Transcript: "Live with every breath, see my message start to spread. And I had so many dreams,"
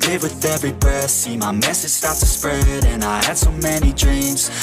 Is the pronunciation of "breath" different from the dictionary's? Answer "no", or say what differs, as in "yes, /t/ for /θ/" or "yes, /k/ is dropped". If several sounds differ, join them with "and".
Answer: yes, /ɹ/ is dropped